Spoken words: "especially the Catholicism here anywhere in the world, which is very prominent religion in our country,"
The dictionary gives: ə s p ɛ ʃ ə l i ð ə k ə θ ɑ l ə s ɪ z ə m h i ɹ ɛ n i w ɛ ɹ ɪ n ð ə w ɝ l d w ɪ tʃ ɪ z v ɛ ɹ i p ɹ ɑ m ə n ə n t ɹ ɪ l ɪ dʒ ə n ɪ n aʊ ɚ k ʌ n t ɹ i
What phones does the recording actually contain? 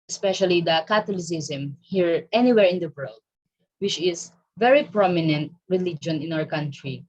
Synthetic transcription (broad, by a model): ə s p ɛ ʃ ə l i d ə k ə t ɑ l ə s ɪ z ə m h i ɹ ɛ n i w ɛ ɹ ɪ n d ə w ɝ l d w ɪ tʃ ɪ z v ɛ ɹ i p ɹ ɑ m ə n ə n t ɹ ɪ l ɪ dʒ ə n ɪ n aʊ ɚ k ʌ n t ɹ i